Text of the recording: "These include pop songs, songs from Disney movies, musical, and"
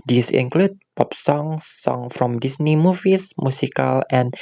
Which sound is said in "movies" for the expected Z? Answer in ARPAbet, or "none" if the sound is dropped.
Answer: S